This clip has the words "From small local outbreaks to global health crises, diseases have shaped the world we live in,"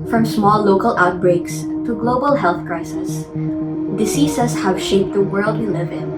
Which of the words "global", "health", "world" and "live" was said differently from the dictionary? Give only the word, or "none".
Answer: none